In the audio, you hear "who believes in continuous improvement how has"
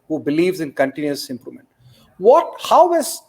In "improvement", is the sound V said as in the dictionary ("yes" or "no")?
no